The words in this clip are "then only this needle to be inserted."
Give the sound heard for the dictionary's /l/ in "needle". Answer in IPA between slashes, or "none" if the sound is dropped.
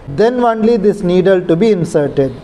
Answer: /l/